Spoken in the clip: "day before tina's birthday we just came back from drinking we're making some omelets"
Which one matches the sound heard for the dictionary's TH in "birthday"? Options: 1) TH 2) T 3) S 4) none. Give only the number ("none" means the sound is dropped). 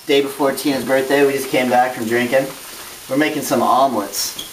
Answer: 1